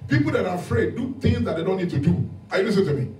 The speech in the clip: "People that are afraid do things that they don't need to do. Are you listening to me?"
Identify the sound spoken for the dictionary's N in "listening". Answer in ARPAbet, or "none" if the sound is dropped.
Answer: none